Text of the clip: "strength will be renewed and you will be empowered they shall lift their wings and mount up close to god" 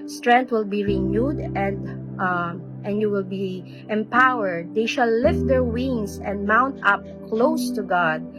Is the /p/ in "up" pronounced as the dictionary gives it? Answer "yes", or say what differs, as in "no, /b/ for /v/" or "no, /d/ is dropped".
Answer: yes